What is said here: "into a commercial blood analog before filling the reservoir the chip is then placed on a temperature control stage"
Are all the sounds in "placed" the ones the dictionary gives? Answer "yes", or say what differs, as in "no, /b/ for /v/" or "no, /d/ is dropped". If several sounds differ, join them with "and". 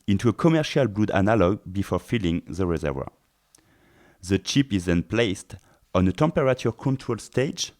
yes